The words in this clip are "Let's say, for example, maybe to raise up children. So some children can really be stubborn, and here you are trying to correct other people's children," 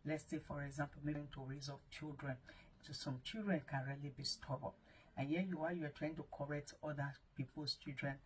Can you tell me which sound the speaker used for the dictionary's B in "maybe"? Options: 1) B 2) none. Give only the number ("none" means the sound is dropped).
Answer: 2